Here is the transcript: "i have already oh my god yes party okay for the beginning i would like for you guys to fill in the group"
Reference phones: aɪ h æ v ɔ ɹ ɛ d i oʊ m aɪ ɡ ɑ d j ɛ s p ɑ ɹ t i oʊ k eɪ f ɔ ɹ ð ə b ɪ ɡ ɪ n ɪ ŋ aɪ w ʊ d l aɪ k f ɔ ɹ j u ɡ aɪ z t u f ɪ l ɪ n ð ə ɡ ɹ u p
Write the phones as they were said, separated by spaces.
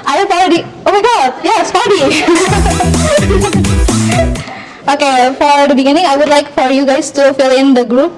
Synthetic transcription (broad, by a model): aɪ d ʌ f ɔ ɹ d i oʊ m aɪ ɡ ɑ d j ɛ s f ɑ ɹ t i oʊ k eɪ f ɔ ɹ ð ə b ɪ ɡ ɪ n ɪ ŋ aɪ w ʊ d l aɪ k f ɔ ɹ j u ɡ aɪ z t u f ɪ l ɪ n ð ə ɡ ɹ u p